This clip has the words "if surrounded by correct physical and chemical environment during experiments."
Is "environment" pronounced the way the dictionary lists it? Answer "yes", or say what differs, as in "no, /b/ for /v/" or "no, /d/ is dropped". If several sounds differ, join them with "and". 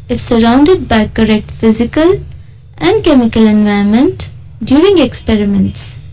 no, /ɹ/ is dropped